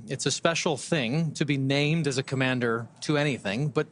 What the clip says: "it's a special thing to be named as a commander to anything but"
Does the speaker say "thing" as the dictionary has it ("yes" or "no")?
yes